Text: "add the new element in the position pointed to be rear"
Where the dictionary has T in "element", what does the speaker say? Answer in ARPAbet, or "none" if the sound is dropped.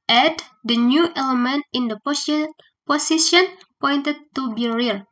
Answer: T